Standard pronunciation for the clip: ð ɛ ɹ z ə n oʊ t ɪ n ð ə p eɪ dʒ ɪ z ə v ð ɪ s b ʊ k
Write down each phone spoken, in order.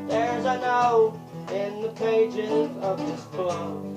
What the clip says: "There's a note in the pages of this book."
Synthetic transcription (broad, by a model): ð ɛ ɹ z ə n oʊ ɪ n ð ə p eɪ dʒ ɪ z ə v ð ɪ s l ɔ